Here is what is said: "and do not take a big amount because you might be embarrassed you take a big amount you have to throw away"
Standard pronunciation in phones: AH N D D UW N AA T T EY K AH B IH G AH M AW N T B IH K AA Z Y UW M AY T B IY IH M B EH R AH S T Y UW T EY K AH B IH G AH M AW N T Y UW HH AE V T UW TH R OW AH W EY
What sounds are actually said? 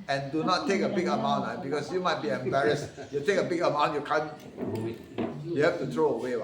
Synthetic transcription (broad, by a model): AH N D D UW N AA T T EY K AH B IH G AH M AW N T B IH K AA S Y UW M AY T B IY IH M B EH R AH S T Y UW T EY K AH B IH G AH M AW N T Y UW HH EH F T UW T R OW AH W EY